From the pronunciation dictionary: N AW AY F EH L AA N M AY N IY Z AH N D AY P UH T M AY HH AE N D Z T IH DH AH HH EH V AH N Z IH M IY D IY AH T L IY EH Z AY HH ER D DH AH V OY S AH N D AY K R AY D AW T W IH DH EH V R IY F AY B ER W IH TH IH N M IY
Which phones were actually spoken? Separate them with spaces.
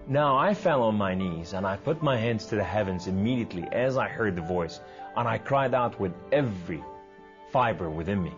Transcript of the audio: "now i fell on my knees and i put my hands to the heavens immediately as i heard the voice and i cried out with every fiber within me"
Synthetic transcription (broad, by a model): N AW AY F EH L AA N M AY N IY Z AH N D AY P UH T M AY HH AE N D Z T IH DH AH HH EH V AH N Z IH M IY D IY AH T L IY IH Z AY HH ER D DH AH V OY S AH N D AY K R AY D AW T W IH DH EH V R IY F AY B ER W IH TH IH N M IY